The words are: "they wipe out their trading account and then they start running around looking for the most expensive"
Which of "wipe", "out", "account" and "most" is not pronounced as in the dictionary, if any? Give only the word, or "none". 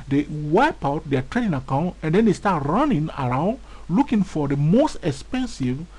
none